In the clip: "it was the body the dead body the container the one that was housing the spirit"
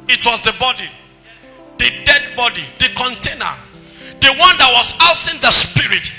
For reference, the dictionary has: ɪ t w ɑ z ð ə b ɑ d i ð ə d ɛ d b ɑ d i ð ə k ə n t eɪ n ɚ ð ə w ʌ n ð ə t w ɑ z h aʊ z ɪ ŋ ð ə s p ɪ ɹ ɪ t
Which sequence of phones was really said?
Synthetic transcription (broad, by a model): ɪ t w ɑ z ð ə b ɑ d i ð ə d ɛ d b ɑ d i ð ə k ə n t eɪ n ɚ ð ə w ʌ n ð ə t w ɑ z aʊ s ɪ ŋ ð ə s p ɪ ɹ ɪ t